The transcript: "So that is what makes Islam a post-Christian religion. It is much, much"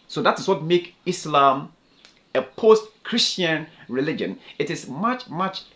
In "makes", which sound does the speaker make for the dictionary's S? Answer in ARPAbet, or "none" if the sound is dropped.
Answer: none